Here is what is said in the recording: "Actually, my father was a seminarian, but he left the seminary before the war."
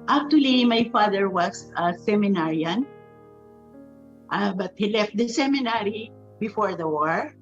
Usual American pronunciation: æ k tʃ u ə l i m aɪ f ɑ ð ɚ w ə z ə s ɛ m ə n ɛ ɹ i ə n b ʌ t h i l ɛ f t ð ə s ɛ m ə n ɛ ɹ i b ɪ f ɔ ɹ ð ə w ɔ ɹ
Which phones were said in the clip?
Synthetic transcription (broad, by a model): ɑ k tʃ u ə l i m aɪ f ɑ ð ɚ w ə s ə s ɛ m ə n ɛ ɹ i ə n b ʌ t h i l ɛ f t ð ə s ɛ m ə n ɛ ɹ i b ɪ f ɔ ɹ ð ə w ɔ ɹ